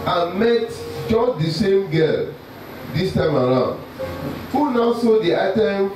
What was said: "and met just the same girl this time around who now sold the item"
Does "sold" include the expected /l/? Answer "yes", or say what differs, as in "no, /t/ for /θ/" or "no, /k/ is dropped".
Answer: no, /l/ is dropped